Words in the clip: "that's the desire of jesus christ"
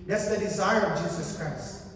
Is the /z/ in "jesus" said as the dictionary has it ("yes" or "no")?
yes